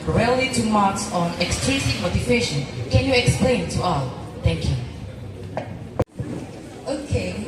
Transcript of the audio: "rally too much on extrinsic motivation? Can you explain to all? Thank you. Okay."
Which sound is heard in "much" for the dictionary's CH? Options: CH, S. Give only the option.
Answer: S